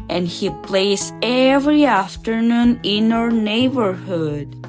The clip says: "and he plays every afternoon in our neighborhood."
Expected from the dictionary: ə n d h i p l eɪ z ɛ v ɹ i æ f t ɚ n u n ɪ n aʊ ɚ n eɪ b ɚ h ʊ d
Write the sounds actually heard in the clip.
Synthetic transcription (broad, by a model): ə n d h i p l eɪ s ɛ v ɹ i æ f t ɚ n u n ɪ n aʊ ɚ n eɪ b ɚ h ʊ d